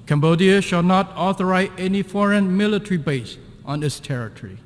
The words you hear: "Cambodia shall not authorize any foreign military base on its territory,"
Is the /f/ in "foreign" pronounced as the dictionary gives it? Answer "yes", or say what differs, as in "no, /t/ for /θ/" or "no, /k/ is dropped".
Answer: yes